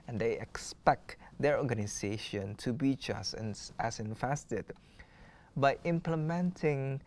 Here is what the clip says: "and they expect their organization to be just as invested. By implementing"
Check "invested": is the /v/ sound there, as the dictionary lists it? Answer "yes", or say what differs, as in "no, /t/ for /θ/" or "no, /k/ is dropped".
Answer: no, /f/ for /v/